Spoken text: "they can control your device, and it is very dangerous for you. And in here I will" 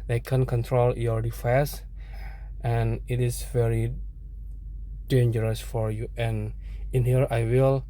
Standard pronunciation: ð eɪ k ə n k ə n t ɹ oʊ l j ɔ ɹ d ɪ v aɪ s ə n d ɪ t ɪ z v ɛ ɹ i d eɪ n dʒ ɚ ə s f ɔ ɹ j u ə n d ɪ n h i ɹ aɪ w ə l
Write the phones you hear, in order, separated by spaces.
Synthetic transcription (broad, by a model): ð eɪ k ə n k ə n t ɹ oʊ l j ɔ ɹ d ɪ f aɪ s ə n ɪ t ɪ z v ɛ ɹ i d eɪ n dʒ ɚ ə s f ɔ ɹ j u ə n ɪ n h i ɹ aɪ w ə l